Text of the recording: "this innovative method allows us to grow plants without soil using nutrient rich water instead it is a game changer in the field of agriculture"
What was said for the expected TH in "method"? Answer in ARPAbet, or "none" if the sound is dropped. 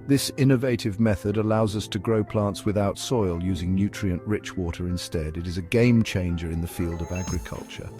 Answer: TH